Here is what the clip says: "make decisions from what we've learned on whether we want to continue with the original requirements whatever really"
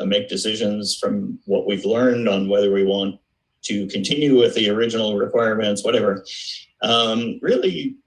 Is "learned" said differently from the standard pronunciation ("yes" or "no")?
no